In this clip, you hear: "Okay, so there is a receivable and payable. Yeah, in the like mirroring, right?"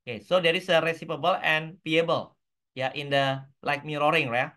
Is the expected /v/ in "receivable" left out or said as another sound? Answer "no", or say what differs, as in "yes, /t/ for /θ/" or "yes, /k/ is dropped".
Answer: yes, /p/ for /v/